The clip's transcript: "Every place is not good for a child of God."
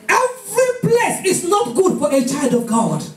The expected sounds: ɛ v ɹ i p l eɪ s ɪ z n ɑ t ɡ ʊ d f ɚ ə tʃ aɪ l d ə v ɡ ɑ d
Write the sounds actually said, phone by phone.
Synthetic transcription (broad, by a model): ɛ v ɹ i b l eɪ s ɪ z n ɑ t ɡ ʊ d f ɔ ə tʃ aɪ l d ə v ɡ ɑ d